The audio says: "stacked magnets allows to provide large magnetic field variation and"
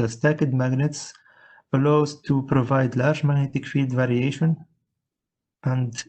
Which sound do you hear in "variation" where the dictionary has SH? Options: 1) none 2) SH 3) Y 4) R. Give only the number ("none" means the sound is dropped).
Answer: 2